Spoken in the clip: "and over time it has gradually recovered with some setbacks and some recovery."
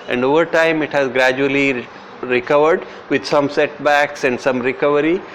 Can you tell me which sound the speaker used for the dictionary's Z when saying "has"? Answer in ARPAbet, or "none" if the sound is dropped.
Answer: Z